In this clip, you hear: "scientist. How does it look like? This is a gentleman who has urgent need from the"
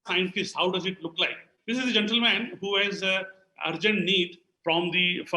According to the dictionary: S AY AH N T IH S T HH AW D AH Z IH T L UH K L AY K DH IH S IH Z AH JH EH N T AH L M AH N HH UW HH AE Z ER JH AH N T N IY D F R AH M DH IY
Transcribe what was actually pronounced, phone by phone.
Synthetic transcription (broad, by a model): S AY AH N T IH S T HH AW D AH Z IH T L UH K L AY K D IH S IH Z AH JH EH N T AH L M AH N HH UW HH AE Z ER JH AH N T N IY D F R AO M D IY